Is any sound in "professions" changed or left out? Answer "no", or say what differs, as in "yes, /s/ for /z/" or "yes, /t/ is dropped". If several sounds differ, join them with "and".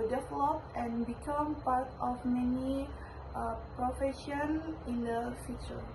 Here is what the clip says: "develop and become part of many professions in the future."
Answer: yes, /z/ is dropped